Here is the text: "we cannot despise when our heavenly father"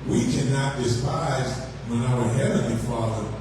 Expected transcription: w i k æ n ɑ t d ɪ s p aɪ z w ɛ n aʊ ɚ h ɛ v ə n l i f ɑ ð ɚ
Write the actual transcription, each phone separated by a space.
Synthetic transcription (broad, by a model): w i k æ n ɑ t d ɪ s p aɪ z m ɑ ɪ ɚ h ɛ v ə n l i f ɑ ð ɚ